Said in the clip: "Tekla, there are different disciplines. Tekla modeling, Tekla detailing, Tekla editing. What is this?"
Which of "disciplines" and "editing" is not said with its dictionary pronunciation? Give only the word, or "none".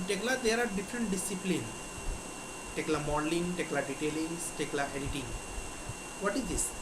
disciplines